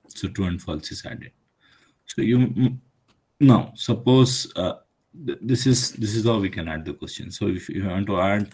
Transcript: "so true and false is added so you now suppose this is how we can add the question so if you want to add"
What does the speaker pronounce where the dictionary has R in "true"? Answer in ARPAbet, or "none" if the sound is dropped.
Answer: none